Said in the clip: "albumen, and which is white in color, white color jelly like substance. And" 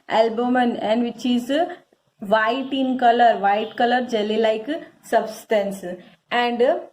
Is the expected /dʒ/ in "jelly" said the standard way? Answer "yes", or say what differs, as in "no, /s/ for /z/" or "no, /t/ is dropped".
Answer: yes